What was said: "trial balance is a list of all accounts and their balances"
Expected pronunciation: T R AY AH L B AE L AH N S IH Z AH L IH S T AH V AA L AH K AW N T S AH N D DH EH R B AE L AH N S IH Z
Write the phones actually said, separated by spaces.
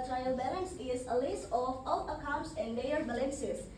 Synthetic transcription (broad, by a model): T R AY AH L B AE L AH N S IH Z AH L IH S AH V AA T AH K AW N T S AH N D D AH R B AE L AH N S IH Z